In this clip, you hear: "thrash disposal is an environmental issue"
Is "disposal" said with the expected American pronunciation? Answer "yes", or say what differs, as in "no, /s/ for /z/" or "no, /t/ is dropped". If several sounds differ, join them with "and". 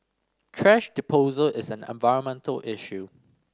no, /s/ is dropped